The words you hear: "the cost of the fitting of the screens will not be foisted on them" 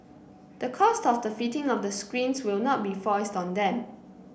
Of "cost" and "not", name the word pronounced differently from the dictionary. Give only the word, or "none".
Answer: none